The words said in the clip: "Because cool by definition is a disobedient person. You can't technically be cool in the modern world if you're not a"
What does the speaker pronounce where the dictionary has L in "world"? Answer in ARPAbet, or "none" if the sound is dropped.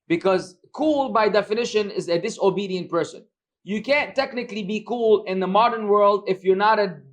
L